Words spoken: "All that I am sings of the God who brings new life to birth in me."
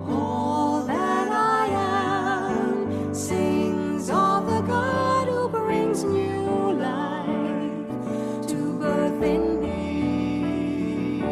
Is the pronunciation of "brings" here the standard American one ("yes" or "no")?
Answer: yes